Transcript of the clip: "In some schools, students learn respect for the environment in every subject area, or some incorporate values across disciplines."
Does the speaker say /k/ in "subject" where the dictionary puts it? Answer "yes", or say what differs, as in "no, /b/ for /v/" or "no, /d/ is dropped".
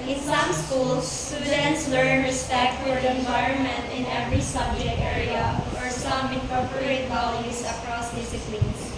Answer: no, /k/ is dropped